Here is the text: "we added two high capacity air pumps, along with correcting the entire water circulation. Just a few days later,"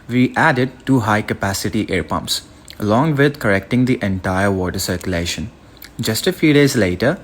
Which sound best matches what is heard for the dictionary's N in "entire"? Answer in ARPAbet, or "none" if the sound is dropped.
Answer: N